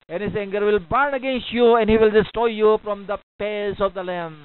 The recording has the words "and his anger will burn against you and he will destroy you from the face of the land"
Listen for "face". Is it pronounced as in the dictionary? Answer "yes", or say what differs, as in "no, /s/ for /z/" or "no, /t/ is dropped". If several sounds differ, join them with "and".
no, /p/ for /f/